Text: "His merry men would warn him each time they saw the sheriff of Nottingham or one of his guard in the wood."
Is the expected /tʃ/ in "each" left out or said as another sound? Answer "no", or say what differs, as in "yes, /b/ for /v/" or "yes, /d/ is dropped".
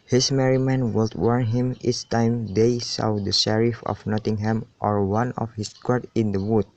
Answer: yes, /s/ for /tʃ/